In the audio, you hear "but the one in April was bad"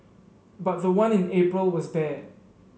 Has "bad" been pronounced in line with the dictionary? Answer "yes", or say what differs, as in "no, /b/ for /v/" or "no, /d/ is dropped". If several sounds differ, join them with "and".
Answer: no, /d/ is dropped